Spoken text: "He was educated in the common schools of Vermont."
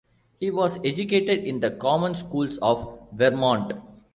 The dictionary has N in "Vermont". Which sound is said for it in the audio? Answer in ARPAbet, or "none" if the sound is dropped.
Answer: N